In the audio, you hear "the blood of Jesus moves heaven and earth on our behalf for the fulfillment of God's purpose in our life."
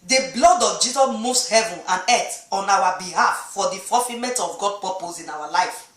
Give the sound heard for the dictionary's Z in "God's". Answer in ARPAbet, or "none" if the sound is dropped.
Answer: none